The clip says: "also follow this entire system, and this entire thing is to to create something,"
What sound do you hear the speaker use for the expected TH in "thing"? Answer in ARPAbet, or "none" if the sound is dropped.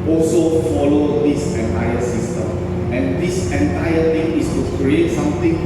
T